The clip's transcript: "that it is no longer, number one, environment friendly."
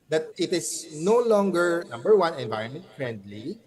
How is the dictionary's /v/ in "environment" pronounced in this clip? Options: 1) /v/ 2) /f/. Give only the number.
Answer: 1